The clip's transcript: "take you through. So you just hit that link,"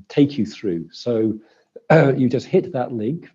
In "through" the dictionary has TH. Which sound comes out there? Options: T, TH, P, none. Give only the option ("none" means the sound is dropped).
TH